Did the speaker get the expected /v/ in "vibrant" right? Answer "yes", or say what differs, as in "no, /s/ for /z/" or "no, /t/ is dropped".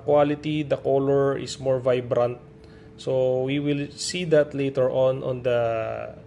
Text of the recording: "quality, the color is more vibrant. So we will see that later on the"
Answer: yes